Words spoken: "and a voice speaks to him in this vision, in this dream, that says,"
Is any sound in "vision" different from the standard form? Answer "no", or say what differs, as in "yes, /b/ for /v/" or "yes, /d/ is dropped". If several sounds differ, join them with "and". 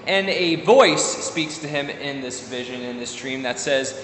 no